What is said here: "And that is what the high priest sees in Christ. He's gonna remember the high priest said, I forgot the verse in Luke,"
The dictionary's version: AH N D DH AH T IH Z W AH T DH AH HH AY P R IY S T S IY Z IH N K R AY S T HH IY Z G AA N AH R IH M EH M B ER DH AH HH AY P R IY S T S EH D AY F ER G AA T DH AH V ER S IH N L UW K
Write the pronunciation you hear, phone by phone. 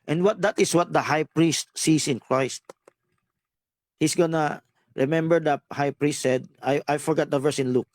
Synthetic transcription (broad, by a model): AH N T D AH T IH S W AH T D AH HH AY P R IY S T S IY S IH N K R AY S T HH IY S G AA N AH R IH M EH M B ER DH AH HH AY P R IY S T S EH D AY F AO G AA T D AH V ER S IH N L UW K